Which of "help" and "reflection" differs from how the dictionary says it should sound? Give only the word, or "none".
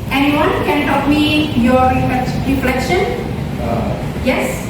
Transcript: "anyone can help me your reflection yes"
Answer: help